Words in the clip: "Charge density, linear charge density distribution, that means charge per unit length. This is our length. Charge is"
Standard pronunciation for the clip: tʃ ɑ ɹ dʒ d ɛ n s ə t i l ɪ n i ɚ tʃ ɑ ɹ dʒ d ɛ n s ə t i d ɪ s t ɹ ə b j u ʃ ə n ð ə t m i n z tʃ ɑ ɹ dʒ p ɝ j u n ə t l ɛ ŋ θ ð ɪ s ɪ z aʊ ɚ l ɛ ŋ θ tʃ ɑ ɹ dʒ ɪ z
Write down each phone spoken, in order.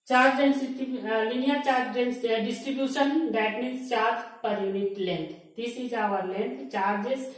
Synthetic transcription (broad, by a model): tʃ ɑ ɹ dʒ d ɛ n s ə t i l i n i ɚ tʃ ɑ ɹ dʒ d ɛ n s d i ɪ s t ɹ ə b j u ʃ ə n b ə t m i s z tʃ ɑ ɹ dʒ p ɝ j u n ə t l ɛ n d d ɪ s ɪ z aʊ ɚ l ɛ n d tʃ ɑ ɹ dʒ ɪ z